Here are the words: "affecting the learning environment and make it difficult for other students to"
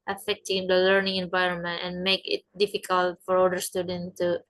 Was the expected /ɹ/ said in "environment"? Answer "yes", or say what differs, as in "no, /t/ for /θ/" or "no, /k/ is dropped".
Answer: yes